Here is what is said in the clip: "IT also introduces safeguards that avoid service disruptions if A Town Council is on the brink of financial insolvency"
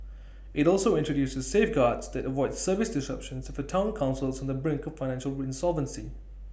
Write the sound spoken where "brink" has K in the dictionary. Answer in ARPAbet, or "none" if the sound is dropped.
K